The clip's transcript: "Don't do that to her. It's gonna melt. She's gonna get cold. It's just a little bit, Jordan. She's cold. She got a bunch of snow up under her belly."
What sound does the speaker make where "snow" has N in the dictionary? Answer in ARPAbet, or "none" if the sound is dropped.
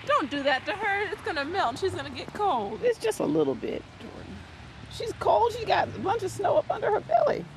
N